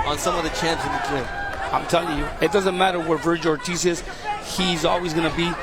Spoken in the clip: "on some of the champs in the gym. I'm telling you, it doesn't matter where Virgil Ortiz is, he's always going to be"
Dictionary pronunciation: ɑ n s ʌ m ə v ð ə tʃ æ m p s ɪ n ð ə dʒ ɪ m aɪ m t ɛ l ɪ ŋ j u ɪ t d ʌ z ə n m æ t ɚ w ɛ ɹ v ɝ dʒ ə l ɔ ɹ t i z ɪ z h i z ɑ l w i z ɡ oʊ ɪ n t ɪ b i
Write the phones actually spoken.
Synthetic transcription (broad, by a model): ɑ n s ʌ m ə v ð ə tʃ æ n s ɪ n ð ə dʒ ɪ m aɪ m t ɛ l ɪ ŋ j u ɪ t d ʌ z ə n m æ t ɚ w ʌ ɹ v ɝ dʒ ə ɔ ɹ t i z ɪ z h i z ɑ l w i z ɡ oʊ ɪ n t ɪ b i